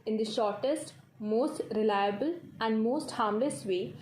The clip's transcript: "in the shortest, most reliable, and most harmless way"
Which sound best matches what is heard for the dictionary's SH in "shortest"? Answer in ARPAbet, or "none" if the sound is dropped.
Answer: SH